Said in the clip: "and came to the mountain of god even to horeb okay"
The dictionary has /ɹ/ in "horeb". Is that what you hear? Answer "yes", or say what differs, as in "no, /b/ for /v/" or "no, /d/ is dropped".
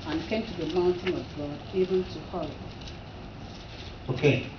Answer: no, /l/ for /ɹ/